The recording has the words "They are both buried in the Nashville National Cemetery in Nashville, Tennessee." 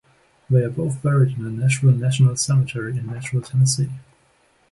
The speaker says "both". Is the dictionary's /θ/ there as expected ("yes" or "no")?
yes